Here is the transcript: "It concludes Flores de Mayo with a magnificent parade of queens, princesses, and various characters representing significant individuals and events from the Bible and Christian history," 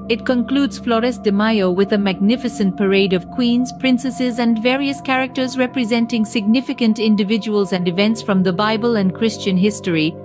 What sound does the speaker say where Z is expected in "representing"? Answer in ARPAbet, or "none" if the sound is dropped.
Z